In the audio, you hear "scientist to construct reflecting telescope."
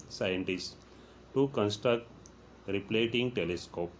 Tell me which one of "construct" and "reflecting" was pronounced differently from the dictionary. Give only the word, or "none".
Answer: reflecting